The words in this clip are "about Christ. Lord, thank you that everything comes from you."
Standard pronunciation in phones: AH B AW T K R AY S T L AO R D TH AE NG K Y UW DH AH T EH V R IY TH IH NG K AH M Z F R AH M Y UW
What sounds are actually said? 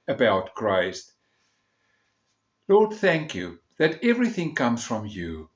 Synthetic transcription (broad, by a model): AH B AW T K R AY S T L AO R D TH AE NG K Y UW DH AH T EH V R IY TH IH NG K AH M Z F R AH M Y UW